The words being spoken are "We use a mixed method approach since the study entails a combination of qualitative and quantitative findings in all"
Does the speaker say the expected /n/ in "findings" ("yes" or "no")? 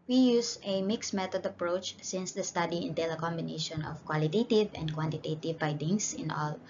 no